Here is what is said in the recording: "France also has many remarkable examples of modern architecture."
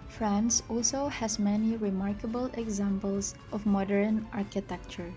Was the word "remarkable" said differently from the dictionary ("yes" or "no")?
no